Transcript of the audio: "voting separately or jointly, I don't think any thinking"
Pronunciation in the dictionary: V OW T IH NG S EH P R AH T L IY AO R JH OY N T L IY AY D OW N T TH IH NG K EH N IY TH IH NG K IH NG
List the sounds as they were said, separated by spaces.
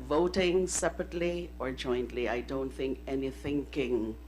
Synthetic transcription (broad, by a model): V OW T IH NG S EH P R AH T L IY AO R JH OY N T L IY AY D OW N T TH IH NG K EH N IY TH IH NG K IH NG